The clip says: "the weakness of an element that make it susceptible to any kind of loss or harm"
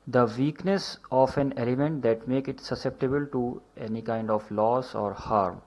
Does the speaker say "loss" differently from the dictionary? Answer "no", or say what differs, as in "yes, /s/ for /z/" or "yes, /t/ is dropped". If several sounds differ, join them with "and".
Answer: no